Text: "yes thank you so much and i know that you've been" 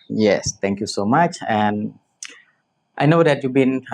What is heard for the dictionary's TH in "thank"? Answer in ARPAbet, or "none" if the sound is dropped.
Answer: T